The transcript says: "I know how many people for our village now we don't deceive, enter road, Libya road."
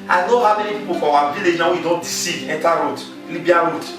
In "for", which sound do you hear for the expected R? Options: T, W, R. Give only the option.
W